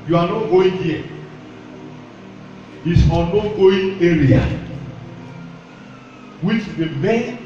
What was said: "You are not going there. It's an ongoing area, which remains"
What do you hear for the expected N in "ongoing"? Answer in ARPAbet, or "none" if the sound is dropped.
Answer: none